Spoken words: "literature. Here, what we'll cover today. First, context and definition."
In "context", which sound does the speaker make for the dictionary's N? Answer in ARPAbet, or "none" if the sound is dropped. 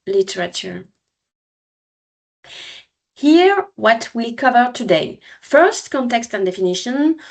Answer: N